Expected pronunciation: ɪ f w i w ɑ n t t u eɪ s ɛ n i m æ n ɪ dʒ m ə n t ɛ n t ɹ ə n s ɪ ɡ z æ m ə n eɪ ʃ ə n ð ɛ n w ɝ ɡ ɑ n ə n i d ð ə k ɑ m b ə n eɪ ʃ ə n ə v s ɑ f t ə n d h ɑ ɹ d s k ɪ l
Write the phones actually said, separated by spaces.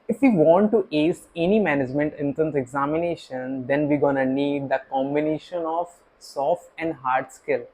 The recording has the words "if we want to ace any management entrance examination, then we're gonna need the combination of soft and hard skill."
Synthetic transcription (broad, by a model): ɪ f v i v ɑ n t t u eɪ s ɛ n i m æ n ɪ dʒ m ə n t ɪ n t ə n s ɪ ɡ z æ m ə n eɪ ʃ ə n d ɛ n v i ɡ ɑ n ə n i d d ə k ɑ m b ə n eɪ ʃ ə n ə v s ɑ f t ə n d h ɑ ɹ d s k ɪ l